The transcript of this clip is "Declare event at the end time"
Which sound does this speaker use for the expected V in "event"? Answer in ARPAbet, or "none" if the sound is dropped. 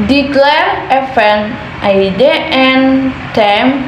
F